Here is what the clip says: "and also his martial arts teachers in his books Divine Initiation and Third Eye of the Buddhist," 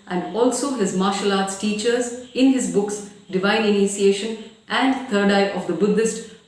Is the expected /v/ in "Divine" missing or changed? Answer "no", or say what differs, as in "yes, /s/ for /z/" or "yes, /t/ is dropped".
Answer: no